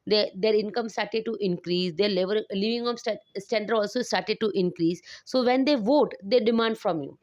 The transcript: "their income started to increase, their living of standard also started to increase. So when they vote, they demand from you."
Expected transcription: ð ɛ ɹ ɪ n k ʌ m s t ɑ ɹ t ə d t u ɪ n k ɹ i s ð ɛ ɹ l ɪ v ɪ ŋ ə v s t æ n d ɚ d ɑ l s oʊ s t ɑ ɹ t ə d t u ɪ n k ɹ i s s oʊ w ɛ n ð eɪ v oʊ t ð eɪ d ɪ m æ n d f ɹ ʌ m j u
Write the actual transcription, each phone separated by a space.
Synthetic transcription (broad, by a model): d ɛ ɹ ɪ n k ʌ m s t ɑ ɹ t ə d t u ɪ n k ɹ i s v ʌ ɹ l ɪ v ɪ ŋ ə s s t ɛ n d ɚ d ɑ l s oʊ s t ɑ ɹ t ə d t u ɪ n k ɹ i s s oʊ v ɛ n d eɪ v oʊ t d eɪ d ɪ m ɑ n d f ɹ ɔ m j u